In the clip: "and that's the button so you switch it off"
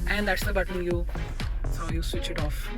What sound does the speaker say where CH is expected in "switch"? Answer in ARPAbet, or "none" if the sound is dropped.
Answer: CH